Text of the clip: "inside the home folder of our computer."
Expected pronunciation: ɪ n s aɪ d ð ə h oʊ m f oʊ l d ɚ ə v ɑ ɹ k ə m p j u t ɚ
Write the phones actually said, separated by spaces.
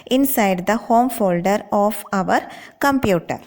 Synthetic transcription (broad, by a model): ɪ n s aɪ d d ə h oʊ m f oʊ l d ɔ ə v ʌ ɹ k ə m p j u t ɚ